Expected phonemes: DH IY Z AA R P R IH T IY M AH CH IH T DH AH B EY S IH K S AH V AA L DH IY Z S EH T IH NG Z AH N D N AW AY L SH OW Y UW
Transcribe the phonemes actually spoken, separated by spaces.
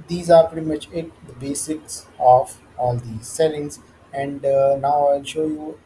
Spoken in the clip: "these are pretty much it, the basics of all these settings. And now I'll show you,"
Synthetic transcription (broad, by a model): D IY Z AA R P R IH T IY M AH CH IH T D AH B EY S IH K S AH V AA L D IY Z S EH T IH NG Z AH N D N AW AY L SH OW Y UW